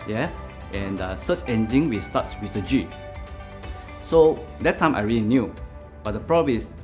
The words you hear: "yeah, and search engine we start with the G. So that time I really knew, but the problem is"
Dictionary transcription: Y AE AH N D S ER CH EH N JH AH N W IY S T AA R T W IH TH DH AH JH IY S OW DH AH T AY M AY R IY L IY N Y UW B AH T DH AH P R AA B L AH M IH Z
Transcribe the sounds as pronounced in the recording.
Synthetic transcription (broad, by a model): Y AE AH N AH S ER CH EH N JH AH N W IY S T AA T W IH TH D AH JH IY S OW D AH T AY M AY R IY L IY N Y UW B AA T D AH P R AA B AH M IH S